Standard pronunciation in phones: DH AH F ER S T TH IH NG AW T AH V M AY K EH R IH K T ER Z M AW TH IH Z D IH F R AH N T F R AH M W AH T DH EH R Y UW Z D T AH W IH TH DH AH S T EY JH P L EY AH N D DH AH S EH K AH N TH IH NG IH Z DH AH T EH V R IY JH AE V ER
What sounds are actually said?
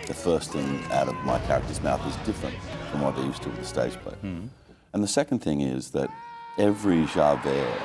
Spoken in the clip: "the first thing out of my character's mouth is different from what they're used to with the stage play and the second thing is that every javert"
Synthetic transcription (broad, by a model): DH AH F ER S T TH IH NG AW T AH V M AY K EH R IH K T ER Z M AW TH IH Z D IH F R AH N T F R AH M W AH T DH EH Y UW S T AH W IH DH AH S T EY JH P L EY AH N DH AH S EH K N TH IH NG IH Z DH AH T EH V R IY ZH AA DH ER